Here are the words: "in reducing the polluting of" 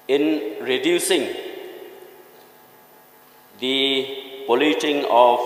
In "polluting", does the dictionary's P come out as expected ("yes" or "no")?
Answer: no